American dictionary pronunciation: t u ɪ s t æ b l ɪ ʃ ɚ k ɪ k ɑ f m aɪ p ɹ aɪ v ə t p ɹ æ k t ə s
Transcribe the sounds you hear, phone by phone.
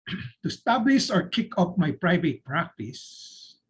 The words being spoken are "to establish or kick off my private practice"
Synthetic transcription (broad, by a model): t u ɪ s t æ b l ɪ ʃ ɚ k ɪ k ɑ p m aɪ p ɹ aɪ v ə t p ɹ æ k t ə s